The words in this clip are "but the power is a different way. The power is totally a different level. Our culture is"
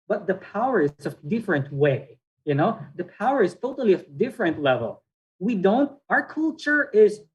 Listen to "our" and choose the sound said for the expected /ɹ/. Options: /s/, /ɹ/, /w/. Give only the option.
/ɹ/